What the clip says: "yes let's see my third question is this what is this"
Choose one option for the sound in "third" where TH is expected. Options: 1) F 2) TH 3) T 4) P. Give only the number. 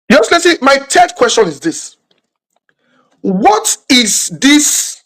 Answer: 3